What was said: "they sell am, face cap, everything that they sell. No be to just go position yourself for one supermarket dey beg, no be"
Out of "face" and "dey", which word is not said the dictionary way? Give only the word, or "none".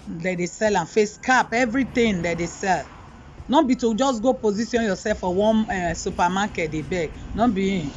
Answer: none